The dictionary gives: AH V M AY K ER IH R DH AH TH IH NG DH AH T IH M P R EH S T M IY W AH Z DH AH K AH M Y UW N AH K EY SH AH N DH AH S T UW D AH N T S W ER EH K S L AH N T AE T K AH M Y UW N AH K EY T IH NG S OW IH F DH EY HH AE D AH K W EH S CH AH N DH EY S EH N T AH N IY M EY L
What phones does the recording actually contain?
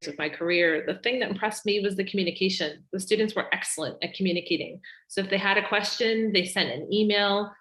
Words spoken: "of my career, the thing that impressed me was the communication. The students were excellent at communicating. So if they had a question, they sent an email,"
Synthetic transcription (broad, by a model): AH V M AY K ER IH R DH AH TH IH NG DH AH T IH M P R EH S T M IY W AH Z DH AH K M Y UW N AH K EY SH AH N DH AH S T UW D N T S W ER EH K S L AH N T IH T K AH M Y UW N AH K EY T IH NG S OW IH F DH EY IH D AH K W EH S CH AH N DH EY S EH N T AH N IY M EY L